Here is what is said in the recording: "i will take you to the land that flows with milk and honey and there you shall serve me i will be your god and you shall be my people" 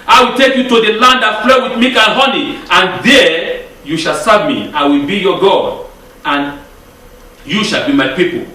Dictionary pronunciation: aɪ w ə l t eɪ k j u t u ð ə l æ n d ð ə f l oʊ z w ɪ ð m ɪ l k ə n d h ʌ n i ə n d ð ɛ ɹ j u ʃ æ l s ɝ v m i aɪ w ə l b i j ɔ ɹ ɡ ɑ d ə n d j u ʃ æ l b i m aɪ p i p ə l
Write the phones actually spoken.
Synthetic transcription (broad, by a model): aɪ w ə l t eɪ k j u t u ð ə l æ n d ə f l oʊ w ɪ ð m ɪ k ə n h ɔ n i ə n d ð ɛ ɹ j u ʃ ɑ l s ɝ v m i aɪ w ə l b i j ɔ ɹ ɡ ɑ d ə n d j u ʃ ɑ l b i m aɪ p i p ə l